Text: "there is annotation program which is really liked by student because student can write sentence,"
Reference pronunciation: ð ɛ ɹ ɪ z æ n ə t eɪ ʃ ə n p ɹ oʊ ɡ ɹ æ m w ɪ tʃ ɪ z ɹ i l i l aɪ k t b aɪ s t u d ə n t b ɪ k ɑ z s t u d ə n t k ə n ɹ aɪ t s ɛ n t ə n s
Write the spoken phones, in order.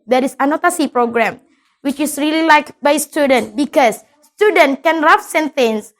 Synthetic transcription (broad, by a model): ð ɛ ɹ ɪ s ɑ n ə t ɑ s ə p ɹ oʊ ɡ ɹ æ m w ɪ tʃ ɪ s ɹ i l i l aɪ k b aɪ s t u d ə n t b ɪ k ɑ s s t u d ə n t k ə n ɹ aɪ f s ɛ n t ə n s